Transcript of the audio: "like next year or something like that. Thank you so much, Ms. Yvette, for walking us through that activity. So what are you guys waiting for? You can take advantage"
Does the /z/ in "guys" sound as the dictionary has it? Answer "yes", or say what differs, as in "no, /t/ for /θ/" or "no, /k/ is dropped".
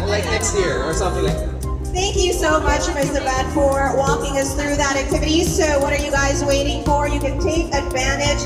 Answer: yes